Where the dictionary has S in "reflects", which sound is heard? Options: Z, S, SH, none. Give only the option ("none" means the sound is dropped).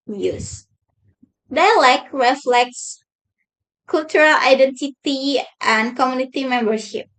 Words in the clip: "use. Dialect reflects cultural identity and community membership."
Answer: S